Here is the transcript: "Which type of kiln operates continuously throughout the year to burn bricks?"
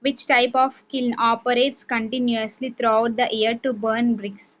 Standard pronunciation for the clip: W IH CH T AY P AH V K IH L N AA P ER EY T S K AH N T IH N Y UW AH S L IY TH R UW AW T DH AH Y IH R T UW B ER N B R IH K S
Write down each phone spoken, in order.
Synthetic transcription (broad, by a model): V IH CH T AY P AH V K IH L N AA P ER EY T S K AH N T IH N Y UW AH S L IY T R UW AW T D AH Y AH R T UW B ER N B R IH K S